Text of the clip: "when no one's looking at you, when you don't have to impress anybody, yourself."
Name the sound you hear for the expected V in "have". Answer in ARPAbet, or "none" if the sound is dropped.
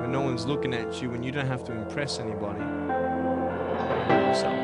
F